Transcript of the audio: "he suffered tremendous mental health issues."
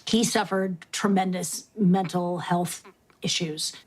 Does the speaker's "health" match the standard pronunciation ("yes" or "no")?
yes